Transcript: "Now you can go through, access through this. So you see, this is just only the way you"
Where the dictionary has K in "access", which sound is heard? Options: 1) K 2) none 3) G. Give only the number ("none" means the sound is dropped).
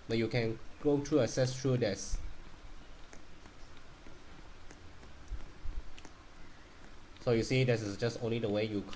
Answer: 2